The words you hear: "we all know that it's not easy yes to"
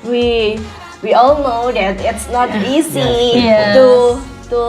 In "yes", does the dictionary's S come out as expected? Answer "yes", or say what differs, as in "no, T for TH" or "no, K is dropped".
no, S is dropped